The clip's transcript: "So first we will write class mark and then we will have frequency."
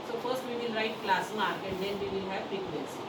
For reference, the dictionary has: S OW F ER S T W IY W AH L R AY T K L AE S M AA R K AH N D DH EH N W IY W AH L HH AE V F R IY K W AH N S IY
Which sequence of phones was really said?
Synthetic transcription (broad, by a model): S OW F ER S T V IY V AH L R AY T K L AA S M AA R AH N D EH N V IY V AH L HH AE V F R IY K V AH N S